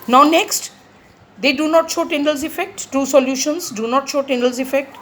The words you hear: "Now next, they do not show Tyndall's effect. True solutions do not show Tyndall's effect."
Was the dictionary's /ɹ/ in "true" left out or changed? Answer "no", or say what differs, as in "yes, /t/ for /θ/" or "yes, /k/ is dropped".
yes, /ɹ/ is dropped